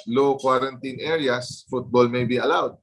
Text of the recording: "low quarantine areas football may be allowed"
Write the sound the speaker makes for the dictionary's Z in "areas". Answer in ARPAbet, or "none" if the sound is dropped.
S